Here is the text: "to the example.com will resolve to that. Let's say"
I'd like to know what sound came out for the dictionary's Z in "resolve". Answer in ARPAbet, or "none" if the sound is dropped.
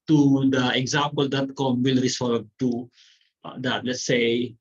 S